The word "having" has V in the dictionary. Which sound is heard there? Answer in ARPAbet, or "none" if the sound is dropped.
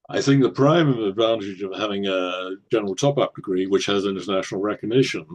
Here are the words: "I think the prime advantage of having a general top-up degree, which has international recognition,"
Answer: V